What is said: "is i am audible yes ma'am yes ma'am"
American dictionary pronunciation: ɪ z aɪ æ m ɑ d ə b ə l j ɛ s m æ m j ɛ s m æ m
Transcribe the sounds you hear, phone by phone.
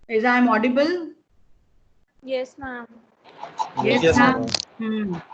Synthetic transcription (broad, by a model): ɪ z aɪ m ɑ d ə b ə l j ɛ s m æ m j ɛ s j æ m